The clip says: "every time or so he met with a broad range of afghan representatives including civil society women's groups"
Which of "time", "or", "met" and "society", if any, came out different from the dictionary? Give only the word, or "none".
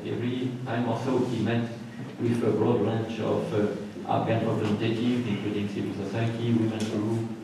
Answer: or